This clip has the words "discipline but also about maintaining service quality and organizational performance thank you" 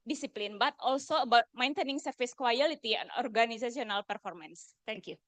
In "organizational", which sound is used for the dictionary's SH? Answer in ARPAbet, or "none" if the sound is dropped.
S